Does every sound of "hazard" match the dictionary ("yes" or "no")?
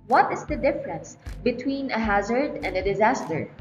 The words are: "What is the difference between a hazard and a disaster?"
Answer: yes